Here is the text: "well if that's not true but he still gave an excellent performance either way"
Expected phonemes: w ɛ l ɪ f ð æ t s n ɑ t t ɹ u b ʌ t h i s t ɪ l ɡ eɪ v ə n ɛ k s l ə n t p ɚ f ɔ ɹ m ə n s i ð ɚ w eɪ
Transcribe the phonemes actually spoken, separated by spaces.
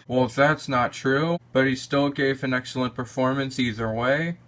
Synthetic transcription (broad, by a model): w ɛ l ɪ f ð æ t s n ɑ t t ɹ u b ʌ t h i s t ɪ l ɡ eɪ v ə n ɛ k s l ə n p ɚ f ɔ ɹ m ə n s i ð ɚ w eɪ